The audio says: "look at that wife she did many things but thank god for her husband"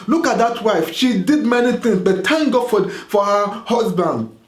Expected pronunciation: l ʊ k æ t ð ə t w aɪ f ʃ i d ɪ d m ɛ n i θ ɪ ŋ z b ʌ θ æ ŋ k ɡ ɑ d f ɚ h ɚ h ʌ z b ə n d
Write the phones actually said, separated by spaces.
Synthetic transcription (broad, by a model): l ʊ k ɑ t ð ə t w aɪ f ʃ i d ɪ d m ɛ n i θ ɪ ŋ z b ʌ t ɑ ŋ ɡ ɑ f f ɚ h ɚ h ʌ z b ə n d